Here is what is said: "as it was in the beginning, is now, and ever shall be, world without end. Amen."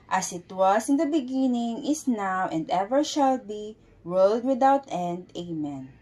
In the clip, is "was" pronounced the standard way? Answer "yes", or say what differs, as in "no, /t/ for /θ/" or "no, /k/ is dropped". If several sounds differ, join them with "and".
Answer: no, /s/ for /z/